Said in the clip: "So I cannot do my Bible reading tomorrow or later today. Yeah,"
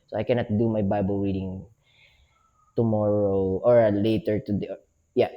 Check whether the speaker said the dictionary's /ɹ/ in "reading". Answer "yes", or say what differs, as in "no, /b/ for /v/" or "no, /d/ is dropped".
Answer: no, /w/ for /ɹ/